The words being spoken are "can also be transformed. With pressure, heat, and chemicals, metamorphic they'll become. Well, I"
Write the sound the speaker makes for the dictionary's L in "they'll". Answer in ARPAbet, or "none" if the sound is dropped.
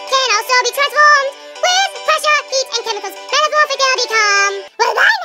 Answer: N